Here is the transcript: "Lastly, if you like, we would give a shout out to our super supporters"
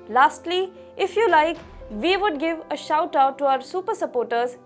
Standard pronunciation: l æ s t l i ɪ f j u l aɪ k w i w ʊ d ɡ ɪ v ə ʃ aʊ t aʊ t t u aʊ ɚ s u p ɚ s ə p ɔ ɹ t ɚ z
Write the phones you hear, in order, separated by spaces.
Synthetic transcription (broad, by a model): l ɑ s t l i ɪ f j u l aɪ k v i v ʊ d ɡ ɪ v ə ʃ aʊ t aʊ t t u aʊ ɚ s u p ɚ s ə p ɔ ɹ t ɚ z